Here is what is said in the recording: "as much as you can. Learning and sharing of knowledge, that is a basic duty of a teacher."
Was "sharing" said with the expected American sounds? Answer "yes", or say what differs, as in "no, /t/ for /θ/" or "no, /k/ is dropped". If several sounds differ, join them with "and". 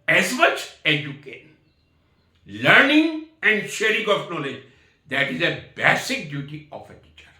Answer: yes